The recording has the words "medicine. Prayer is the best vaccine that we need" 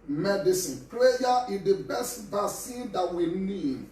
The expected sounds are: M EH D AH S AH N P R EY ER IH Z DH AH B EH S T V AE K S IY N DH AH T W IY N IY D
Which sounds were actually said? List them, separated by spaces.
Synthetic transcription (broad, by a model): M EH D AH S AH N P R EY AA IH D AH B EH S T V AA S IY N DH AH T W IY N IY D